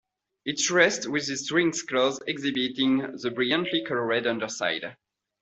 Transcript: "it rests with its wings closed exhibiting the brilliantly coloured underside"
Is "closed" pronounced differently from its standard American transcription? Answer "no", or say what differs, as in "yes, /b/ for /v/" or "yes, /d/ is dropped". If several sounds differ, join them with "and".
yes, /d/ is dropped